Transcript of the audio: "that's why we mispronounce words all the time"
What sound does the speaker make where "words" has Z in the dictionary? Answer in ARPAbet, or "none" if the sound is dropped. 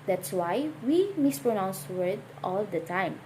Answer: none